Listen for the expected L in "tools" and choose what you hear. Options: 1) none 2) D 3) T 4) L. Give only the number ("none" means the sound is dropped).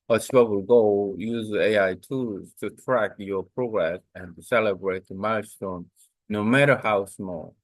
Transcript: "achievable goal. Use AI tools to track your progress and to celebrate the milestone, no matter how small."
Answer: 1